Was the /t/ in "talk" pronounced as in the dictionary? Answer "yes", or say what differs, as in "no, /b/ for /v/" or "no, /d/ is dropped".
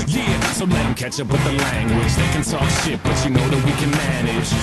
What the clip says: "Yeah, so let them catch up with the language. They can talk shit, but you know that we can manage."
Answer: no, /s/ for /t/